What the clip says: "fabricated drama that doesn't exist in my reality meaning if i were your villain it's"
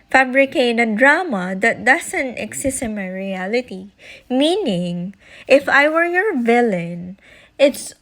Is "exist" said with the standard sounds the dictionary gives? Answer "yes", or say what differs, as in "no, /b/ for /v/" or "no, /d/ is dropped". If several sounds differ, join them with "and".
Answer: no, /t/ is dropped